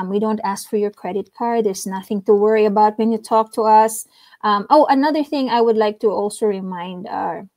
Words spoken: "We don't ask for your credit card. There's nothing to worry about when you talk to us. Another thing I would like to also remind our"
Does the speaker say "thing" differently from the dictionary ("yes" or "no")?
no